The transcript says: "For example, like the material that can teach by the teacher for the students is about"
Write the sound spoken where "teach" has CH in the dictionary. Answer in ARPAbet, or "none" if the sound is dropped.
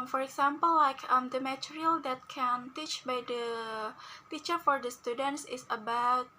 CH